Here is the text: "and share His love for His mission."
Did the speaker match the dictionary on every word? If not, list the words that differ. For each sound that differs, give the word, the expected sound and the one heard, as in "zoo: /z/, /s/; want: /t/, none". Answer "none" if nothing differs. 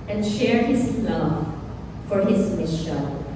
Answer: none